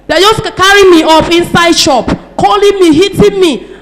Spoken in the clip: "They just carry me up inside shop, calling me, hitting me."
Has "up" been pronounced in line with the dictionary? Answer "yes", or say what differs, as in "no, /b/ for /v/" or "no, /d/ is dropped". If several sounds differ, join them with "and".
no, /f/ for /p/